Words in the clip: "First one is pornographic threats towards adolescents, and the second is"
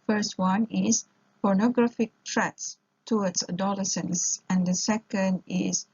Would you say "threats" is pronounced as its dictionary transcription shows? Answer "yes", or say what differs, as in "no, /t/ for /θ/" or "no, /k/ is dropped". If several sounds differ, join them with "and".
no, /t/ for /θ/